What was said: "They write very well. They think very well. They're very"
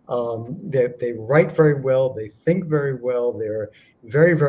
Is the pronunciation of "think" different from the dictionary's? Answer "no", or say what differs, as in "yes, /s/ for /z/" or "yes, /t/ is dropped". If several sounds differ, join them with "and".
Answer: no